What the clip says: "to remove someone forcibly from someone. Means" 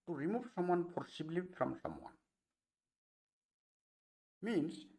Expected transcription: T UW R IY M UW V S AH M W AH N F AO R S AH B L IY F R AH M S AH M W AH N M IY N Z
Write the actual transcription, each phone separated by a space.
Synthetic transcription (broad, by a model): T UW R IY M UW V S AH M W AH N P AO R S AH B L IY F R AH M S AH M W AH N M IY N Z